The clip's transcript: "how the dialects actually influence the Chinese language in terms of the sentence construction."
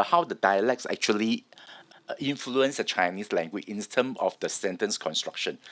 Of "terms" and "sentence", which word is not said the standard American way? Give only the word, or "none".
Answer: terms